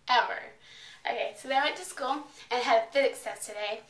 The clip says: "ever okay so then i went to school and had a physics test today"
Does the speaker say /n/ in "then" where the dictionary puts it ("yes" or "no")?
no